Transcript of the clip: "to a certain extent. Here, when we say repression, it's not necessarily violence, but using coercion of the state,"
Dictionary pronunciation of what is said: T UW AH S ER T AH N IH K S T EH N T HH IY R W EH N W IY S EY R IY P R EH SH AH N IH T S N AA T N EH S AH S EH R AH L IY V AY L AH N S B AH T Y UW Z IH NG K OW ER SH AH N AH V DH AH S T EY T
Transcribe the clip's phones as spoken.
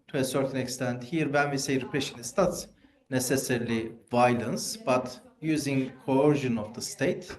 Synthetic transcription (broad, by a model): T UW AH S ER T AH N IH K S T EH N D HH IY R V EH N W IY S EY R IY P R EH SH AH N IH S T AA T N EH S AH S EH R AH L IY V AY L AH N S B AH T Y UW Z IH NG K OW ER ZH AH N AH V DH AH S T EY T